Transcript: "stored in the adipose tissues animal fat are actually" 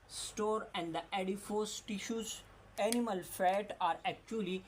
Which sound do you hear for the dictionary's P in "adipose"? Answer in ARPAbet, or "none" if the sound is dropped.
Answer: F